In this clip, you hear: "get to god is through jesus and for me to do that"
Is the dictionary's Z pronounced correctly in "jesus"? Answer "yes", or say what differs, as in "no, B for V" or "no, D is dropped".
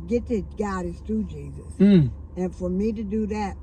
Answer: yes